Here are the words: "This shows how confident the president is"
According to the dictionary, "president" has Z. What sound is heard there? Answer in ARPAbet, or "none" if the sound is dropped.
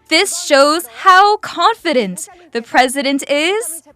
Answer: Z